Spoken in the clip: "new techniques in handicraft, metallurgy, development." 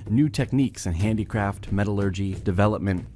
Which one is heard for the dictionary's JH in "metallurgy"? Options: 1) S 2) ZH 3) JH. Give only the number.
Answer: 3